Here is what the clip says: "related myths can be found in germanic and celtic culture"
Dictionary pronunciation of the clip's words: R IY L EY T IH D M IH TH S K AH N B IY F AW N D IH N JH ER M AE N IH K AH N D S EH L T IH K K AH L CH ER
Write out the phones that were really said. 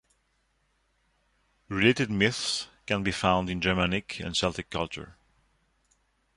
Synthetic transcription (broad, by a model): R IY L EY T IH D M IH TH S K AH N B IY F AW N D IH N JH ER M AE N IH K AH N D S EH L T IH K K AH L CH ER